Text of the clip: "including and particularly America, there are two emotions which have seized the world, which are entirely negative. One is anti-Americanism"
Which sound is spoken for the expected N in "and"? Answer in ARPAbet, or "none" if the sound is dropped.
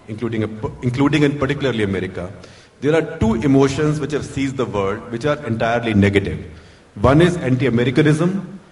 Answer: L